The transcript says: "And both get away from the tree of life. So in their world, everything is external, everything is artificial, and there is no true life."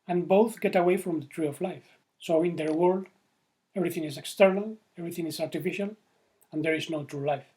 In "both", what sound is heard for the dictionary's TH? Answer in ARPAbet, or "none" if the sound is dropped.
TH